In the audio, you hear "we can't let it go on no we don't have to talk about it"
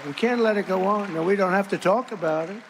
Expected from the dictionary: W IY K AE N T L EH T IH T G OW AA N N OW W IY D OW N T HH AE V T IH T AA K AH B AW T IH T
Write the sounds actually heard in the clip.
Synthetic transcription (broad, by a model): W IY K AE N T L EH T IH T G OW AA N N OW W IY D OW N T HH AE F T IH T AA K AH B AW T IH T